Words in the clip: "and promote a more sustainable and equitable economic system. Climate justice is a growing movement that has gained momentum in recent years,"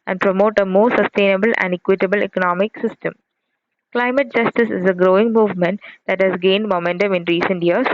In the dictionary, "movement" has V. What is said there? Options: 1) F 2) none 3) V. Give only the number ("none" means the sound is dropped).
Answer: 3